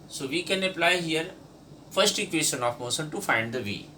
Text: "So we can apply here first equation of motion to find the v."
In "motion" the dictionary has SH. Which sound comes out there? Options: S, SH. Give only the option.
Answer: S